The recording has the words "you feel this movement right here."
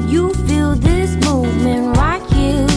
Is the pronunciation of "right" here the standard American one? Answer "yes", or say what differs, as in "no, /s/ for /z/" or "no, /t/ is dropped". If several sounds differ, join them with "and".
no, /l/ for /ɹ/